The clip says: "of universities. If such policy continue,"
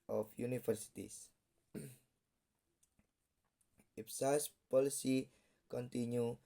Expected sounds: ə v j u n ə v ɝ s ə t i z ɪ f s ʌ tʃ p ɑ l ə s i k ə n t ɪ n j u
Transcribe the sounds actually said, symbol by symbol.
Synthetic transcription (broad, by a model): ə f j u n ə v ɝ s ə t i s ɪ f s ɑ s p ɑ l ə s i k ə n t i n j u